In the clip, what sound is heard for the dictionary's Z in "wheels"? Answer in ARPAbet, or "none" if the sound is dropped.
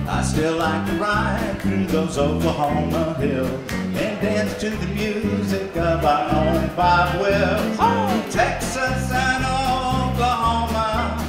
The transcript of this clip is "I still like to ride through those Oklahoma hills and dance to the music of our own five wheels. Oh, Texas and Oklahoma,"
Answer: none